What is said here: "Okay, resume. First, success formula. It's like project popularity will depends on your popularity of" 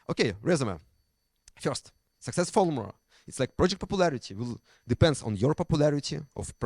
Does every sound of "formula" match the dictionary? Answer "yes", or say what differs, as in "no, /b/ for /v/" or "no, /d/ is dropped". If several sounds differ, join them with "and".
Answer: no, /l/ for /ɹ/